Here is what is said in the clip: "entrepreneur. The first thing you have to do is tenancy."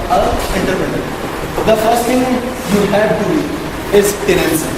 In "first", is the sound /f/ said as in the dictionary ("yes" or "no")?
yes